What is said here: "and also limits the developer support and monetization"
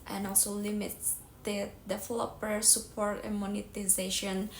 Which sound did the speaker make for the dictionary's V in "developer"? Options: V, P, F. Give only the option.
F